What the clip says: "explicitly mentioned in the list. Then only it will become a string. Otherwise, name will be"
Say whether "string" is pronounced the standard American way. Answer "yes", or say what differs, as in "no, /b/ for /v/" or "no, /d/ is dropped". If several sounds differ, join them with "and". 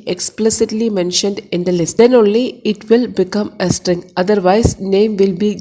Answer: yes